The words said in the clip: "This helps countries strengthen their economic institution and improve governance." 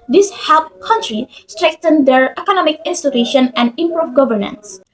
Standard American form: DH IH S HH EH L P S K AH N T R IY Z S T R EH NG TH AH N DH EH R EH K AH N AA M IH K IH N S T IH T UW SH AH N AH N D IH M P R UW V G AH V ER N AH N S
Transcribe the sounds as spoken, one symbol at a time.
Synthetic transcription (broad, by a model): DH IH S HH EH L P K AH N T R IY S T R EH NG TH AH N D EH R EH K AH N AA M IH K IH N S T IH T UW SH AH N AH N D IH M P R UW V G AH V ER N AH N S